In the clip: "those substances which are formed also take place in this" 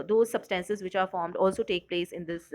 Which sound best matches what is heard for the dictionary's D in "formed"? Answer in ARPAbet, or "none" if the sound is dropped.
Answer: D